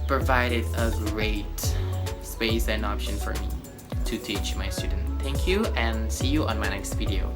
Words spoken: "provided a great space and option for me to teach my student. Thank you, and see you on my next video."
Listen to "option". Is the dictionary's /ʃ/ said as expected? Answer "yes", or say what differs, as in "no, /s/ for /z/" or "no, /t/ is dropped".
yes